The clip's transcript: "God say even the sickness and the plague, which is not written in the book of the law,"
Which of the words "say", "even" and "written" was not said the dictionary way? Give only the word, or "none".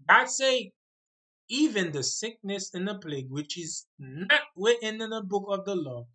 written